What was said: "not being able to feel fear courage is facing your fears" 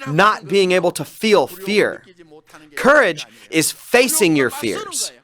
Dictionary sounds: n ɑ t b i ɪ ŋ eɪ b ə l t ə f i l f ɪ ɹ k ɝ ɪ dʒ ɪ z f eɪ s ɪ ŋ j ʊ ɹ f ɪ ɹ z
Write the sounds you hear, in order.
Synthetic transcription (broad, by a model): n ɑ t b i ɪ ŋ eɪ b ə l t ə f i l f ɪ ɹ k ɝ ɪ dʒ ɪ z f eɪ s ɪ ŋ j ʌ ɹ f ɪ ɹ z